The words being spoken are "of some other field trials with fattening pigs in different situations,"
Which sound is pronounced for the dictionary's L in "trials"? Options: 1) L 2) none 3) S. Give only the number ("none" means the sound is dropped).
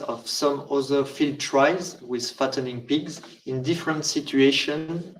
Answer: 2